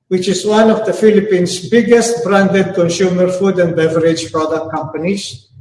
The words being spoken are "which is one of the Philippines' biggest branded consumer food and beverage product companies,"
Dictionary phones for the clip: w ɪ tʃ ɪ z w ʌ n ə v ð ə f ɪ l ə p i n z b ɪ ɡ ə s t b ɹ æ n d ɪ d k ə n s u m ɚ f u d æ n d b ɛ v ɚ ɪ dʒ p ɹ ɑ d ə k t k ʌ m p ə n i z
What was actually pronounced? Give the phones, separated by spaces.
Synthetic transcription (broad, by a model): w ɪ tʃ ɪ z w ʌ n ə v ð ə f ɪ l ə p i n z b ɪ ɡ ə s t b ɹ æ n d ɪ d k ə n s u m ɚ f u d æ n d b ɛ v ɚ ɪ dʒ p ɹ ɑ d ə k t k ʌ m p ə n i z